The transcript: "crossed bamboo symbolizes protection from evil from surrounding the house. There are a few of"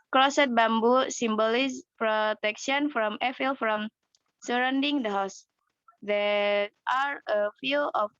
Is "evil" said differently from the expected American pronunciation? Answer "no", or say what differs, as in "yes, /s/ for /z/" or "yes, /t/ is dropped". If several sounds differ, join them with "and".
yes, /f/ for /v/